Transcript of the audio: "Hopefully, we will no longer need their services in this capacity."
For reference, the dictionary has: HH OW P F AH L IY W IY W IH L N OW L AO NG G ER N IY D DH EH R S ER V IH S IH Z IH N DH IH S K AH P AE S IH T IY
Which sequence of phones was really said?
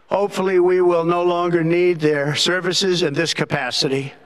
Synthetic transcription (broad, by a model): HH OW P F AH L IY W IY W IH L N OW L AO NG G ER N IY D DH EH R S ER V IH S IH Z IH N DH IH S K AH P AE S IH T IY